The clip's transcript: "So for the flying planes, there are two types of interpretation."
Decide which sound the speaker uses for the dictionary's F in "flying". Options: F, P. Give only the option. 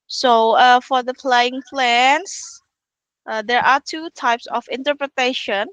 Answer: P